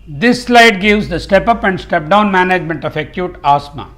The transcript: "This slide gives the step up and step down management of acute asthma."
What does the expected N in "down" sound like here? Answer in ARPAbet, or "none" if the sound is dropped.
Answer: N